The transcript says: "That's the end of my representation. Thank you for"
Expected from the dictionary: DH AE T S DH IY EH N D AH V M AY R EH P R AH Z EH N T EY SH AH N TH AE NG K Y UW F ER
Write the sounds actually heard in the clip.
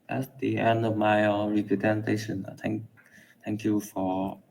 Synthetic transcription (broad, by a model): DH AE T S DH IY EH N D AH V M AY R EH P R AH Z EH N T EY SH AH N T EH NG K Y UW F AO